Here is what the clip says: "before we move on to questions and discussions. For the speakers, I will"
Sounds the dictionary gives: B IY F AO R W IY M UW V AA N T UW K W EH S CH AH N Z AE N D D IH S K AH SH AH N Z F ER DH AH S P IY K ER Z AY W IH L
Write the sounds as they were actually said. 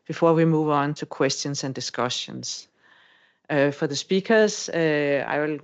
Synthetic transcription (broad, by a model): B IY F AO W IY M UW V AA N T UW K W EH S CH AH N S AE N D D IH S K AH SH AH N S F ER DH AH S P IY K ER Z AY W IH L